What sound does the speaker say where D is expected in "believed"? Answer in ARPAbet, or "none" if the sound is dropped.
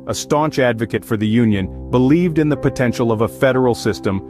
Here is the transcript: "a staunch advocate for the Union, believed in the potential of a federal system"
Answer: D